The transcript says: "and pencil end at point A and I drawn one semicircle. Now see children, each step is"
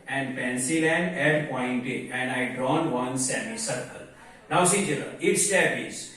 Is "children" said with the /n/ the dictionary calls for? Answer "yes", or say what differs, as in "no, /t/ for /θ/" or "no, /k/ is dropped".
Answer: no, /n/ is dropped